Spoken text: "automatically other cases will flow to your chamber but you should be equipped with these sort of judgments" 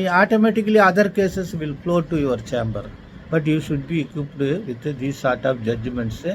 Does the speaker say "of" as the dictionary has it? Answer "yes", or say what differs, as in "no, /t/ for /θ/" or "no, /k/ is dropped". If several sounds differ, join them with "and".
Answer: no, /p/ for /v/